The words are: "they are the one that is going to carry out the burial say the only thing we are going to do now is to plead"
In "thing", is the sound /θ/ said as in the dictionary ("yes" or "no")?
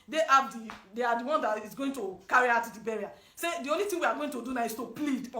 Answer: no